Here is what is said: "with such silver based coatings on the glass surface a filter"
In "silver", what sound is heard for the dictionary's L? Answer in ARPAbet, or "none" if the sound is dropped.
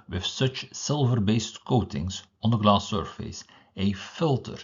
L